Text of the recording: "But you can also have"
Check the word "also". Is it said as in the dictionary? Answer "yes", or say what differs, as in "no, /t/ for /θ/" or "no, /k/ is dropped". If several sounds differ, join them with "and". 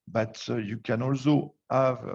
yes